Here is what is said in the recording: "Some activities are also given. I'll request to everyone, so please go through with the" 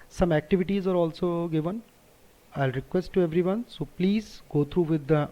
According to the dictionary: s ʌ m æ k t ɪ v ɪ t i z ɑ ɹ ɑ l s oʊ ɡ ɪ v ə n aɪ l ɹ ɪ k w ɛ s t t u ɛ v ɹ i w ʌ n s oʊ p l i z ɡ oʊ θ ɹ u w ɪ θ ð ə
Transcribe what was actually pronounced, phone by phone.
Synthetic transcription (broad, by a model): s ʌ m æ k t ɪ v ɪ t i z ɑ ɹ ɑ l s oʊ ɡ ɪ v ə n aɪ l ɹ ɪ k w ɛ s t t u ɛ v ɹ i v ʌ n s oʊ p l i z ɡ oʊ t ɹ u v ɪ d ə